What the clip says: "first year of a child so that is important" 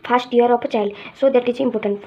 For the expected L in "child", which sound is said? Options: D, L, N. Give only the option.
L